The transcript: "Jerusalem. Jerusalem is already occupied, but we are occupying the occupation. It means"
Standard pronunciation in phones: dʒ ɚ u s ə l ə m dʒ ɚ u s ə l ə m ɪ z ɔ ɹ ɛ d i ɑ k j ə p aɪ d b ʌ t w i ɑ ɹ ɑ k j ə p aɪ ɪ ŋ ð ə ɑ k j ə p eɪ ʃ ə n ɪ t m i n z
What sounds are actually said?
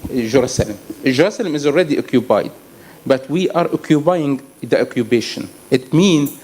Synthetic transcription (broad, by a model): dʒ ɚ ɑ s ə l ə m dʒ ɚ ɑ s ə l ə m ɪ z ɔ l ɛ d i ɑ k j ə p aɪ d b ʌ t w i ɑ ɹ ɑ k j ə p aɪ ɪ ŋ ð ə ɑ k j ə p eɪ ʃ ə n ɪ t m i n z